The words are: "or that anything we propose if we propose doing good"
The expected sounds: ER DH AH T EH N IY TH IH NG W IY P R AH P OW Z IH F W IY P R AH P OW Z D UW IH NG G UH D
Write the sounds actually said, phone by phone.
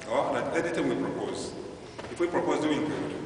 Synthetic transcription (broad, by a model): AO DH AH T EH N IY T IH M W IY P R AH P OW Z IH F W IY P R AH P OW Z D UW IH NG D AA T